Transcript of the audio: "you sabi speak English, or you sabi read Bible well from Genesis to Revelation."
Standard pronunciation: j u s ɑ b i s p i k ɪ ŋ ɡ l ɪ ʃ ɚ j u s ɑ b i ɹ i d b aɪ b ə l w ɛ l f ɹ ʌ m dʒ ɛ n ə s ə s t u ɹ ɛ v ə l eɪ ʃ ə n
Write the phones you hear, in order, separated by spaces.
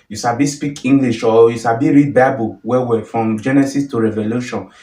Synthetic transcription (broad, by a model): j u ʃ ɑ b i s p i k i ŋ ɡ l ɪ ʃ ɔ j u ʃ ɑ b i ɹ i d b aɪ b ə w w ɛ f ɹ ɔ m dʒ ɛ n ə s ə s t u ɹ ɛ v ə l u ʃ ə n